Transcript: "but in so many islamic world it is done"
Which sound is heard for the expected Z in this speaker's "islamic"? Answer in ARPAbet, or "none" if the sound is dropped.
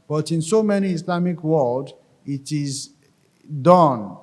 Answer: S